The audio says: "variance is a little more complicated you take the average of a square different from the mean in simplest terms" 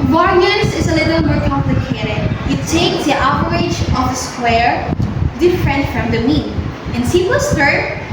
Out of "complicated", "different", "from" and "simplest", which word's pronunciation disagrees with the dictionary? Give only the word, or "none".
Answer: simplest